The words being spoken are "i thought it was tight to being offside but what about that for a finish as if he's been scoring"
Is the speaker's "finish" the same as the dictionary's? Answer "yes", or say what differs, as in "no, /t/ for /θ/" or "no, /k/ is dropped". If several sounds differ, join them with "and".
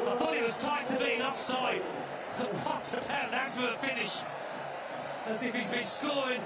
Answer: yes